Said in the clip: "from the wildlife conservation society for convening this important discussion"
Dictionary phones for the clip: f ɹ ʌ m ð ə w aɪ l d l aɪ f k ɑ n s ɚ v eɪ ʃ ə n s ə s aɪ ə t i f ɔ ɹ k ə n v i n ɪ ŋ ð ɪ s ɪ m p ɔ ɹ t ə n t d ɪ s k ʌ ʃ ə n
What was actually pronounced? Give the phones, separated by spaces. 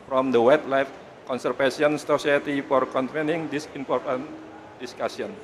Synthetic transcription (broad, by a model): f ɹ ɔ m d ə w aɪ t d l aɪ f k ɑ n s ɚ f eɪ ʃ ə n s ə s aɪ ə t i f ɔ ɹ k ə n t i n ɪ ŋ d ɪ s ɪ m p ɔ ɹ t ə n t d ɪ s k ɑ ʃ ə n